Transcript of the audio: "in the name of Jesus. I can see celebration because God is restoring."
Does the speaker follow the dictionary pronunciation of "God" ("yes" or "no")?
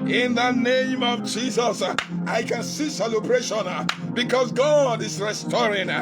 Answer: yes